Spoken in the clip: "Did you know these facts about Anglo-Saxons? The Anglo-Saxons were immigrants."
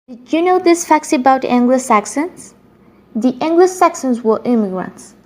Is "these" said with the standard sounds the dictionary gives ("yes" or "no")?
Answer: no